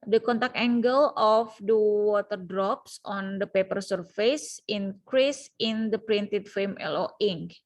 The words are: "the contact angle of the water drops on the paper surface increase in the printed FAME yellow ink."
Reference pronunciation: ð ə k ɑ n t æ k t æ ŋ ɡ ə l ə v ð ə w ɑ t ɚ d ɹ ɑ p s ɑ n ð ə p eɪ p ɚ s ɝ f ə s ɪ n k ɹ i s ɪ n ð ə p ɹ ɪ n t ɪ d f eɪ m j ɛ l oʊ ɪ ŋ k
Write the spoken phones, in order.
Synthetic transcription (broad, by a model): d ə k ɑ n t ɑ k ɛ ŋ ɡ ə l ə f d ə w ɑ t ɚ d ɹ ɑ p s ɑ n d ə p eɪ p ɚ s ɝ f ə s ɪ n k ɹ i s ɪ n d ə p ɹ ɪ n t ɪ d f eɪ m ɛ l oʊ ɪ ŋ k